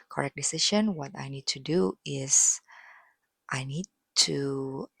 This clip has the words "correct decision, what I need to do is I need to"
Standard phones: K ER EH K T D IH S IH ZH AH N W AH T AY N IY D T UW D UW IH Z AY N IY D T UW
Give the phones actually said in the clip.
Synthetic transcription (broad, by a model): K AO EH K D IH S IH SH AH N W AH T AY N IY D T UW D UW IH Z AY N IY D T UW